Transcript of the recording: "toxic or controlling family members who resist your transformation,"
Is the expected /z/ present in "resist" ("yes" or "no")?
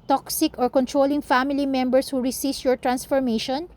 no